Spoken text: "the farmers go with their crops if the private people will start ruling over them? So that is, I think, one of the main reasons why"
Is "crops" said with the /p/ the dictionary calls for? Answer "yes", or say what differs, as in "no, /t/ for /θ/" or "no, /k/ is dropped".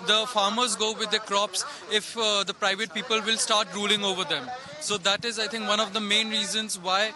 yes